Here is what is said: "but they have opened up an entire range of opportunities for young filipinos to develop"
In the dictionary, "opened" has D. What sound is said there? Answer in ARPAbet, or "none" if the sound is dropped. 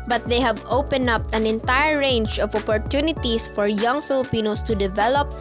none